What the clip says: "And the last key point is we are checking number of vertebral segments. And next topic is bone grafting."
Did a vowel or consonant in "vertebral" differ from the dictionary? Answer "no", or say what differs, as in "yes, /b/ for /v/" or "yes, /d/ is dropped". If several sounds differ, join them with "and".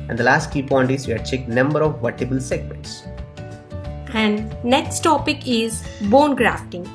yes, /ɹ/ is dropped